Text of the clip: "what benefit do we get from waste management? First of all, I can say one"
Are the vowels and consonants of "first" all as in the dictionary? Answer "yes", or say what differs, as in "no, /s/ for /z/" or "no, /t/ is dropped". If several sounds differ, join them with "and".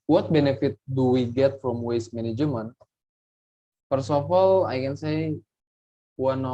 no, /t/ is dropped